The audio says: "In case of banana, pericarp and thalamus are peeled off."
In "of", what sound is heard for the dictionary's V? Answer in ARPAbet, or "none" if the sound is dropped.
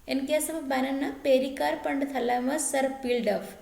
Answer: B